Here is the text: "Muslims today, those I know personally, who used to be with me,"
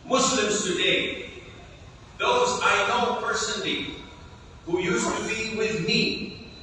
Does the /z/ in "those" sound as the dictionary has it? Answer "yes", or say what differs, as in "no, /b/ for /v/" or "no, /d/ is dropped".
yes